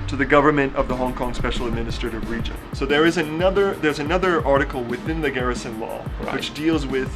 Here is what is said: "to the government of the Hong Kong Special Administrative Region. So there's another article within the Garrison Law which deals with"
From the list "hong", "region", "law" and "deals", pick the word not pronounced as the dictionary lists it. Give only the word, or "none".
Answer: none